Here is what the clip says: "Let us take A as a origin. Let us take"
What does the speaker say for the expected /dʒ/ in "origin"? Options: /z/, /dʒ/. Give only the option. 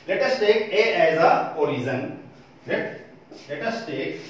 /z/